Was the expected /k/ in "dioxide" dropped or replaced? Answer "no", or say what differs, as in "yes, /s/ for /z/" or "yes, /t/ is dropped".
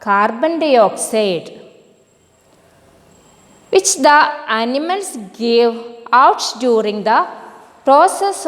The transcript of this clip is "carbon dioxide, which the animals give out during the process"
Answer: no